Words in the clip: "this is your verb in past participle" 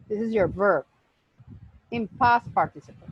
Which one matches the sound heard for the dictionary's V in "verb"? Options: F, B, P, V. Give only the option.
V